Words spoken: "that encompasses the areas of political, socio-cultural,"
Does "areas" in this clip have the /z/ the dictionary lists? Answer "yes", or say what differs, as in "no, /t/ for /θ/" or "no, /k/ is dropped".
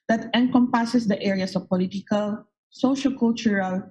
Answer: no, /s/ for /z/